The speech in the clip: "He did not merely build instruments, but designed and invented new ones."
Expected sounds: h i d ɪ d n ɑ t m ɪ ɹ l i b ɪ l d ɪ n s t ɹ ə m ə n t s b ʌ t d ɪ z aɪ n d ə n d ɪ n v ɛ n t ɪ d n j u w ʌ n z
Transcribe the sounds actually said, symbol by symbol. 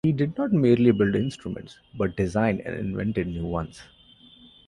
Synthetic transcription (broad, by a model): h i d ɪ d n ɑ t m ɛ ɹ l i b ɪ l d ɪ n s t ɹ ə m ə n t s b ʌ t d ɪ z aɪ n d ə n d ɪ n v ɛ n t ɪ d n j u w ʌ n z